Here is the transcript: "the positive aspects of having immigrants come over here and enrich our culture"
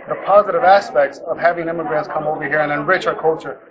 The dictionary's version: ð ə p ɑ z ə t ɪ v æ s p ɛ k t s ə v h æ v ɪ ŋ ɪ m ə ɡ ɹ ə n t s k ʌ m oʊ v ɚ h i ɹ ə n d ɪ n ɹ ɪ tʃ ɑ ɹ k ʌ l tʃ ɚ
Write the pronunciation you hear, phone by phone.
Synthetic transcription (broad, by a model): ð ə p ɑ z ə t ɪ v æ s p ɛ k t s ə v h æ v ɪ ŋ ɪ m ə ɡ ɹ ə n t s k ʌ m oʊ v ɚ h i ɹ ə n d ɪ n ɹ ɪ tʃ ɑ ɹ k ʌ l tʃ ɚ